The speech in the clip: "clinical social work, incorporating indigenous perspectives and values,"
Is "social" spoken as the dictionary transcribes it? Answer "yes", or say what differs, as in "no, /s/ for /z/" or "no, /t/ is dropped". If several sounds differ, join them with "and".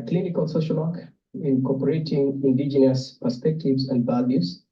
yes